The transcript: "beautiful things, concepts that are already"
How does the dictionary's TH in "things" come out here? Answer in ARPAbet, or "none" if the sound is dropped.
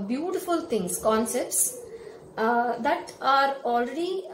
T